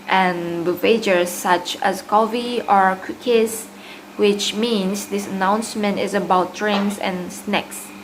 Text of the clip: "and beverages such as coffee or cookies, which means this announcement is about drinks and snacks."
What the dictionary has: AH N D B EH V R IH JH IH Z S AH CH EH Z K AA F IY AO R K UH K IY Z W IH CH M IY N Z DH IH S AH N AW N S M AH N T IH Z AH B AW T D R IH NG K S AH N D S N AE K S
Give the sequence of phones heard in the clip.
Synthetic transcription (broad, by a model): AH N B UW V IH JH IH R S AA CH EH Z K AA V IY AO R K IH K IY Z W IH CH M IY N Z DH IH S AH N AW N S M AH N T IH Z AH B AW T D R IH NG S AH N S N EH K S